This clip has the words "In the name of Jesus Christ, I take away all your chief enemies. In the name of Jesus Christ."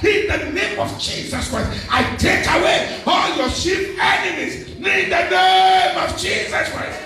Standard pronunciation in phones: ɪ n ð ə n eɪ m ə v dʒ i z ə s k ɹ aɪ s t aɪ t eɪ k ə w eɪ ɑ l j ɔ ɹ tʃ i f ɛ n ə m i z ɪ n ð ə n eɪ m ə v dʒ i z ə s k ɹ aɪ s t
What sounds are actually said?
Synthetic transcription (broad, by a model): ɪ n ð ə n eɪ m ə v dʒ i z ə s k ɹ aɪ s t aɪ t eɪ k ə w eɪ ɑ l j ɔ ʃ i p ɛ n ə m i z ɪ n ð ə n eɪ m ə v dʒ i z ə s k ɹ aɪ s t